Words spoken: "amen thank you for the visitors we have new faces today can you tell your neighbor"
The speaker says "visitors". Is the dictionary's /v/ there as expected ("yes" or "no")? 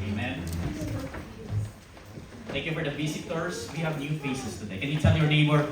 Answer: no